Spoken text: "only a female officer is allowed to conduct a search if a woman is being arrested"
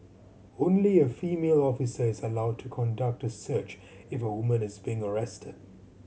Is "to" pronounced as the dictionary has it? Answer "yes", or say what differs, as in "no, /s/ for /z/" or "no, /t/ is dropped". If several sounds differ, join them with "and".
yes